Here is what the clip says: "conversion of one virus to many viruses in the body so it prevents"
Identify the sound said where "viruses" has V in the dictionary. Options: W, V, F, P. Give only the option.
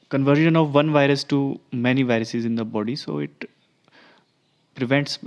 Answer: V